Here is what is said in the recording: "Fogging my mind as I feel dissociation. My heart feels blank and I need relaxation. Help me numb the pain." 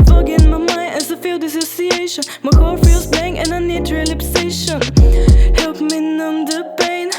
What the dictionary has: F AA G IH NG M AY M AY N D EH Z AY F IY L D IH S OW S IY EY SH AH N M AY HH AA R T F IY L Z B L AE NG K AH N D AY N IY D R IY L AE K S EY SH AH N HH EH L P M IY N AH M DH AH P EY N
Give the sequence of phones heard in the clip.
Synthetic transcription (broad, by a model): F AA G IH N M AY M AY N EH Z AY F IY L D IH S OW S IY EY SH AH N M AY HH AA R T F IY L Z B EH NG AH N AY N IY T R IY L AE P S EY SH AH N HH EH L P M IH N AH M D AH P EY N